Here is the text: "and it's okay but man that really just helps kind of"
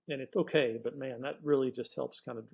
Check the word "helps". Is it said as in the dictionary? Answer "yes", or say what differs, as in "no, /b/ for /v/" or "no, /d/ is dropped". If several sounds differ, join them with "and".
yes